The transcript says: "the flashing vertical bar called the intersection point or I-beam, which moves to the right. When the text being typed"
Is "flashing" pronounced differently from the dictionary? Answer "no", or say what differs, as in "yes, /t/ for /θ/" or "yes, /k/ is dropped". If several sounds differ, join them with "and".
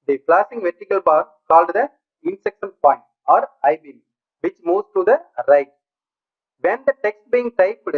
yes, /p/ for /f/ and /s/ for /ʃ/